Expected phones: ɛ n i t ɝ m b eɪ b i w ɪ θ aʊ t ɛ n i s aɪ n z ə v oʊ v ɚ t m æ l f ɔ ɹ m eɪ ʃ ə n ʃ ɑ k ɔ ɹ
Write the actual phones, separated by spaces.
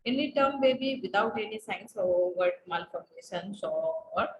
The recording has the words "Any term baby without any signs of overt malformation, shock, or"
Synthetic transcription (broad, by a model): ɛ n i t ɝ m b eɪ b i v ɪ t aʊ t ɛ n i s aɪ n s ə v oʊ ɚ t m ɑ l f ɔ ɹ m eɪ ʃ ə n s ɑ ɔ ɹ